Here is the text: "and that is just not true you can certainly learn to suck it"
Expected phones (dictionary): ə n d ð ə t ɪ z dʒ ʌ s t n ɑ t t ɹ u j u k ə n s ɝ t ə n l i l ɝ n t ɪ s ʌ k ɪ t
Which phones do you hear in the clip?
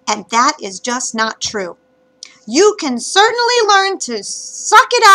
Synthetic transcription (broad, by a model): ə n ð ə t ɪ z dʒ ʌ s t n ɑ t t ɹ u j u k ə n s ɝ t n l i l ɝ n t ɪ s ʌ k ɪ t